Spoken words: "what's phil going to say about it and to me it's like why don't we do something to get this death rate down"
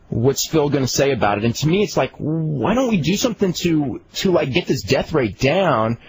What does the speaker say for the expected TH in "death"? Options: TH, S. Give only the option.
TH